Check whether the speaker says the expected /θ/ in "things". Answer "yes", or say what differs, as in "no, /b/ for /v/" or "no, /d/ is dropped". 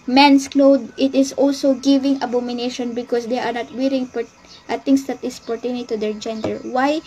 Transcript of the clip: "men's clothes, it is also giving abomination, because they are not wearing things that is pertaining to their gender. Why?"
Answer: no, /t/ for /θ/